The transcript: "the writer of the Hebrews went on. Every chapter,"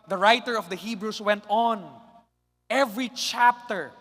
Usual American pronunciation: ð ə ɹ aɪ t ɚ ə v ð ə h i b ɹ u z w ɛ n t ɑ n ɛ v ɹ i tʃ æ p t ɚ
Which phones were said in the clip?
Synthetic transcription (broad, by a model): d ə ɹ aɪ t ɚ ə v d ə h i b ɹ u s w ɛ n t ɑ n ɛ v ɹ i tʃ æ p t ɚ